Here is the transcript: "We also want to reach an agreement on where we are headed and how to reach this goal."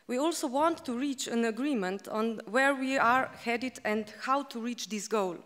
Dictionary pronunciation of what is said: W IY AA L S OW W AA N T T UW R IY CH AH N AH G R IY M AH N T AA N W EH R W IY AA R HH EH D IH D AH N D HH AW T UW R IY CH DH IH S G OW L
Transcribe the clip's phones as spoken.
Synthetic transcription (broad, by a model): W IY AA L S OW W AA N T T UW R IY CH AH N AH G R IY M AH N T AA N W EH R W IY AA R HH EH D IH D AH N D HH AW T UW R IY CH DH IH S G OW L